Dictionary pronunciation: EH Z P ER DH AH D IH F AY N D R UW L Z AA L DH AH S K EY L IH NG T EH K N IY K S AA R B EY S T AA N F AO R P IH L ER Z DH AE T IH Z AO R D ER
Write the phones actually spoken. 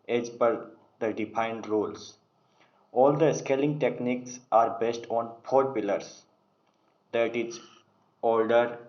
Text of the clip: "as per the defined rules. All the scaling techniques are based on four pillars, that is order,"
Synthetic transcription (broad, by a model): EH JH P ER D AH D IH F AY N D R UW L S AA L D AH S K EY L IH NG T EH K N IY K S AA R B EY S T AA N P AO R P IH L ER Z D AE T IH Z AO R D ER